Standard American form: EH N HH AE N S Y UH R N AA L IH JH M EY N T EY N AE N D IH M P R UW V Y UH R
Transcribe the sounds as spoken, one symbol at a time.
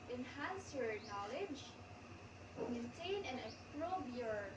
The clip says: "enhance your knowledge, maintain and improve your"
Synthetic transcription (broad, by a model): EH N HH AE N S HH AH R N AA L IH JH M EY N T EY N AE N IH P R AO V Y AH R